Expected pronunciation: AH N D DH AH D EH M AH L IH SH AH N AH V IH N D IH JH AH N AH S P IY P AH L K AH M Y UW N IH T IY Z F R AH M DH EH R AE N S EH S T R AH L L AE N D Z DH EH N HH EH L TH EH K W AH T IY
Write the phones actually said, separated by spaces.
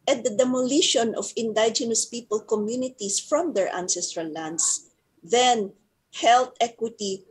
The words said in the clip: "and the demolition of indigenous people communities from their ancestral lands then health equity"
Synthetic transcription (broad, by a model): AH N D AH D EH M AH L IH SH AH N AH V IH N D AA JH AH N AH S P IY P AH L K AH M Y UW N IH T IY S F R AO M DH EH R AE N S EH S T R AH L L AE N D S DH EH N HH EH L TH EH K W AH T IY